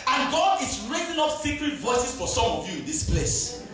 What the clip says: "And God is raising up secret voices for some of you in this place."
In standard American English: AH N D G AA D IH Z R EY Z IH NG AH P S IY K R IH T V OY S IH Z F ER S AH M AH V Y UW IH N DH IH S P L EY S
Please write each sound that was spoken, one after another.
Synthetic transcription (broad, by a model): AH N G AA D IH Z R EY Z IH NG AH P S IY K R IH T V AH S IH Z F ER S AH M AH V Y UW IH N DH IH S P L EY S